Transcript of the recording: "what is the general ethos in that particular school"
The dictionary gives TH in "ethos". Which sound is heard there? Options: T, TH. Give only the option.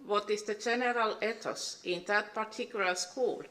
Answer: T